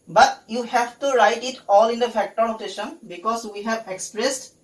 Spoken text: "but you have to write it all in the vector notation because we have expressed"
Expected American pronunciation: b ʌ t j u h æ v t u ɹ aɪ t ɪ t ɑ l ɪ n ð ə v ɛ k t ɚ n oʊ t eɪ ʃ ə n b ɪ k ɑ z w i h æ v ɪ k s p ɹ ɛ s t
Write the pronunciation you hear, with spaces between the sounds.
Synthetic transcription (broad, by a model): b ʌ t j u h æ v t u ɹ aɪ t ɪ t ɑ l ɪ n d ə f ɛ k t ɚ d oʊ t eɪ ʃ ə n b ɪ k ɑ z w i h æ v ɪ k s p ɹ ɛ s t